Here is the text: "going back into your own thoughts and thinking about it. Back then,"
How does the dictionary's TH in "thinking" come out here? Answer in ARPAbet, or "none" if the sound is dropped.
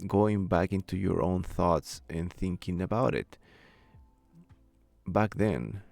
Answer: TH